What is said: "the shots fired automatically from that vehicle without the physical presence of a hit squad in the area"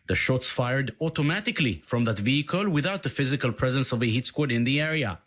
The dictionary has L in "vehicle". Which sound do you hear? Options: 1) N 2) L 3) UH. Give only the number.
2